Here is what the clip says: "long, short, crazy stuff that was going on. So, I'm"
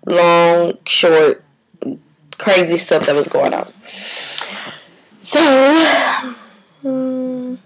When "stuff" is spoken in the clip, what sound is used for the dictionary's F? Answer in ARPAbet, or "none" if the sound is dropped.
P